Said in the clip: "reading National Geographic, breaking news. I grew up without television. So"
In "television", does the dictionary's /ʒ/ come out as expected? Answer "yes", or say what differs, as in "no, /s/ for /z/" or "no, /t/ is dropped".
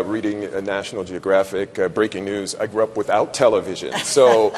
yes